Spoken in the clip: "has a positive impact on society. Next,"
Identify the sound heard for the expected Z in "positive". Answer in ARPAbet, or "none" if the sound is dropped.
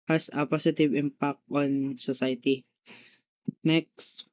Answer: S